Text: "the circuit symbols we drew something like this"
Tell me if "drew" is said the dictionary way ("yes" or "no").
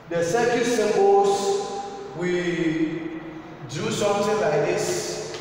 no